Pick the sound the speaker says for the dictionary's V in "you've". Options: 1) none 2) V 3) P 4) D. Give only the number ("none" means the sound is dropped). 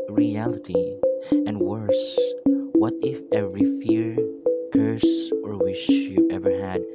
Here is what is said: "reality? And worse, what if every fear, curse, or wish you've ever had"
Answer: 1